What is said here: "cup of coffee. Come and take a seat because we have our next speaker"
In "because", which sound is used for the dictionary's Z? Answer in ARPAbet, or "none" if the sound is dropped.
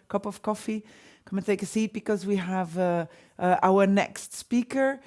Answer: Z